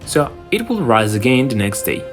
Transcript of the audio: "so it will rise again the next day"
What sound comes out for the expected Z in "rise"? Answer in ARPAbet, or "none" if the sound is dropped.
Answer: Z